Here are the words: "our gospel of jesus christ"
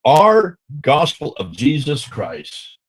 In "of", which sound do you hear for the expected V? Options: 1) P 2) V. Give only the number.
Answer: 2